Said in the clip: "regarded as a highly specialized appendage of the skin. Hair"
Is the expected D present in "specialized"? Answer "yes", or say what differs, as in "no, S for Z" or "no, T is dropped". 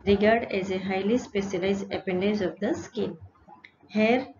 no, D is dropped